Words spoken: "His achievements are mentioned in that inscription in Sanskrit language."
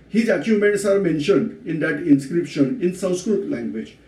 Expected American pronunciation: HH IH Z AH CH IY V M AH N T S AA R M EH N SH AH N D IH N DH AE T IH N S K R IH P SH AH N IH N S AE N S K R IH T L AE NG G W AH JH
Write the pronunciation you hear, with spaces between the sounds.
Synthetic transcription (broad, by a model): HH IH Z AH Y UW M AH N T S AA R M EH N SH AH N D IH N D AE T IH N S K R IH P SH AH N IH N S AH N S K R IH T L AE NG G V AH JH